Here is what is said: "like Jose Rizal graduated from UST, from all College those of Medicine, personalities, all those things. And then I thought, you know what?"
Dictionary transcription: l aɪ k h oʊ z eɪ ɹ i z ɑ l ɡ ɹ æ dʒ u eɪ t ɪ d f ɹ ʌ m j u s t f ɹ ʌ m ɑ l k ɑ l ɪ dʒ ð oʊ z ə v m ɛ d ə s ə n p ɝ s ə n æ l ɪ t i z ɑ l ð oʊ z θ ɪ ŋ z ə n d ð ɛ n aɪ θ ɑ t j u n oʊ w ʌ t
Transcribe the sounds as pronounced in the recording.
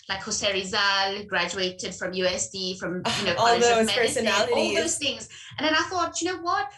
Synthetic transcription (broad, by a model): l aɪ k h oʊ s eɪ ɹ i z ɑ l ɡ ɹ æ dʒ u eɪ t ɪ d f ɹ ʌ m j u s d f ɹ ʌ m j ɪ n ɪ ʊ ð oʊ ə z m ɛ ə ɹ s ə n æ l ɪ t ɑ l ð oʊ z θ ɪ ŋ z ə n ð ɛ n aɪ θ ɑ t j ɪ n oʊ w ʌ t